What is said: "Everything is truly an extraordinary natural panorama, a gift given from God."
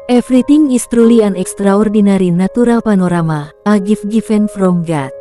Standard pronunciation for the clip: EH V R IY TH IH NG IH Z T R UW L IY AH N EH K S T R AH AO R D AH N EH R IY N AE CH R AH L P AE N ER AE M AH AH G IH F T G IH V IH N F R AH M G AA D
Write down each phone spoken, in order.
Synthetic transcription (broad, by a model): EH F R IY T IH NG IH S T R UW L IY AH N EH K S T R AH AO R D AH N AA R IY N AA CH R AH L P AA N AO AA M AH AH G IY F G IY F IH N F R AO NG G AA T